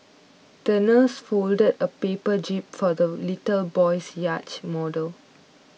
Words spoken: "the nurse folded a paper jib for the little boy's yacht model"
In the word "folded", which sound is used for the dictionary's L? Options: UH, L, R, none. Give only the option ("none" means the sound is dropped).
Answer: L